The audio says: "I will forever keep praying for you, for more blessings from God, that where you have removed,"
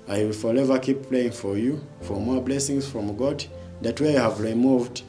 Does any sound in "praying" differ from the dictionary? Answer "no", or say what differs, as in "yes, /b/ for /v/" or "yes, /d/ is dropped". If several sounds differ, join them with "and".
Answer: yes, /l/ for /ɹ/